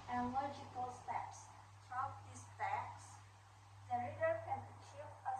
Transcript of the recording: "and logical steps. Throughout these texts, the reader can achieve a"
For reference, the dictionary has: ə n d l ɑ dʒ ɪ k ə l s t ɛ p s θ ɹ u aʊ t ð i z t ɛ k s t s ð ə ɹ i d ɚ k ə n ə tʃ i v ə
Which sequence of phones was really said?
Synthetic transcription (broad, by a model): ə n l ɑ dʒ ɪ k ə l s t ɛ p s t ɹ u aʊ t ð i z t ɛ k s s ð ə ɹ i d ɚ k ə n ə tʃ i v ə